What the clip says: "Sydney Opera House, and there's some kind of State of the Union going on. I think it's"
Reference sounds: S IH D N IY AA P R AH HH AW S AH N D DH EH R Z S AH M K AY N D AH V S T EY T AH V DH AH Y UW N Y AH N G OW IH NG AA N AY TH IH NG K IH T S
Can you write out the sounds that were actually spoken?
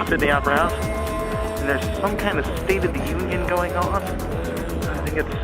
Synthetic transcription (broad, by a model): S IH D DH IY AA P AH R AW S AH N DH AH R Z S AH M K AY N D AH V S T EY T AH V DH AH Y UW N Y AH N G OW IH NG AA N AY TH IH NG K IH T S